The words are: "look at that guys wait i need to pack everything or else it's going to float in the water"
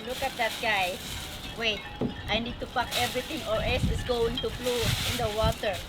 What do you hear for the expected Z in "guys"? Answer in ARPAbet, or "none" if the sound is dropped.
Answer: none